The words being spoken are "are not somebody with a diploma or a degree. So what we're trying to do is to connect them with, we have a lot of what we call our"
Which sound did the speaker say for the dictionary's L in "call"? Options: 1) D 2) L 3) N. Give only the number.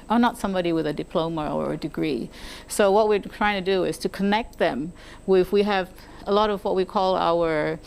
2